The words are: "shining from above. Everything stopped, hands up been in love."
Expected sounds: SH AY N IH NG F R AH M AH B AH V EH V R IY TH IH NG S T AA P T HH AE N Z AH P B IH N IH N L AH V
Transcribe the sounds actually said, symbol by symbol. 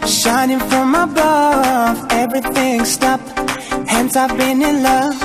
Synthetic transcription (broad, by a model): SH AY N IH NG F R AH M AH B AH V EH V R IY TH IH NG S T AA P HH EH N S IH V B IH N IH N L AH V